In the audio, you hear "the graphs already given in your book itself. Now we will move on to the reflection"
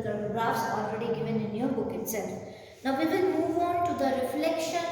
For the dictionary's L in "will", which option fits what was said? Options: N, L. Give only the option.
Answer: N